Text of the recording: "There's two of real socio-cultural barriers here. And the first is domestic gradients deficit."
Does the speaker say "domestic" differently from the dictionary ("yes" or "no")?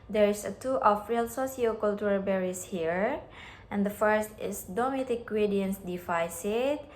yes